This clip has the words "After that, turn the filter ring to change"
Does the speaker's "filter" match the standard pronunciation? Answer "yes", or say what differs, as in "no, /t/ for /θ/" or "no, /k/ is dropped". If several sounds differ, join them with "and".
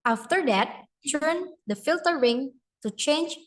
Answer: yes